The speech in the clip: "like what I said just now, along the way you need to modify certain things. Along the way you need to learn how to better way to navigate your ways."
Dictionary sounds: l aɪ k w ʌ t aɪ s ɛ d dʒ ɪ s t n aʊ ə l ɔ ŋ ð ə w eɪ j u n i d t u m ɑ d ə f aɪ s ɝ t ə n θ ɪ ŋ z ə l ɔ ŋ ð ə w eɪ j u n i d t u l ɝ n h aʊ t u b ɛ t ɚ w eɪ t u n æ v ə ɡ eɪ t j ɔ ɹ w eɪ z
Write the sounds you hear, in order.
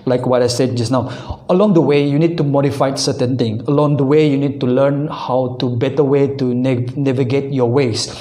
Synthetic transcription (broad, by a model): l aɪ k w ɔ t aɪ s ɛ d dʒ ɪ s n aʊ ə l ɔ ŋ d ə w eɪ j u n i d t u m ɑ d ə f aɪ s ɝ t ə n t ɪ ŋ ə l ɔ ŋ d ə w eɪ j u n i d t u l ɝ n h aʊ t u b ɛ t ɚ w eɪ t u n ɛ v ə ɡ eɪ t j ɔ w eɪ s